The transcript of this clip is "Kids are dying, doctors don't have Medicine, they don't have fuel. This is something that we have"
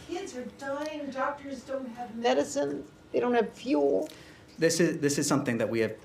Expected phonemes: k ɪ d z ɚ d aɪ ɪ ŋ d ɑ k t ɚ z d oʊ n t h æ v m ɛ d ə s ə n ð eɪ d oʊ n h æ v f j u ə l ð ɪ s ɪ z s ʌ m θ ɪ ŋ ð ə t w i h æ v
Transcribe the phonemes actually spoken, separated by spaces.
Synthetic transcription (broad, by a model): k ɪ d z ɚ d aɪ ɪ ŋ d ɑ k t ɚ z d oʊ n t h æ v m ɛ d ə s ə n ð eɪ d oʊ n h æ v f j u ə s ð ɪ s ɪ z s ʌ m θ ɪ ŋ ð ə t w i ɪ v